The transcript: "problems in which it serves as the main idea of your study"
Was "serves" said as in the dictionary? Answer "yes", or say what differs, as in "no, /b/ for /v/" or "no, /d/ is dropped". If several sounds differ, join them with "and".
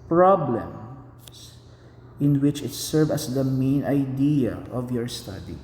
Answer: no, /z/ is dropped